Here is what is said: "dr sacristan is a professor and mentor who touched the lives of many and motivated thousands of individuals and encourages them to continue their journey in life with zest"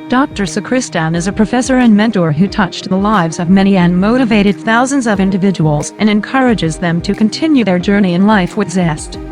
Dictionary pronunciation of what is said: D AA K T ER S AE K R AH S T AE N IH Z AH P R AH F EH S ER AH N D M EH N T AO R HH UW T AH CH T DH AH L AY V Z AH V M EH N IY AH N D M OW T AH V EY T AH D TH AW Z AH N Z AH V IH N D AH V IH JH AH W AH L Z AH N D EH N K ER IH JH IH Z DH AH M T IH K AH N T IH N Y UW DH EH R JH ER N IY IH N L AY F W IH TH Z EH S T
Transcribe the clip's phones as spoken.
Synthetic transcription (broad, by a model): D AA K T ER S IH K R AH S T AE N IH Z AH P R AH F EH S ER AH N M EH N T AO R HH UW T AH CH DH AH L AY V Z AH V M EH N IY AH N M OW T AH V EY T AH D TH AW Z AH N Z AH V IH N D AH V IH JH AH W L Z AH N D EH N K ER IH JH IH Z DH AH M T IH K AH N T IH N Y UW DH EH R JH ER N IY IH N L AY F W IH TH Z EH S T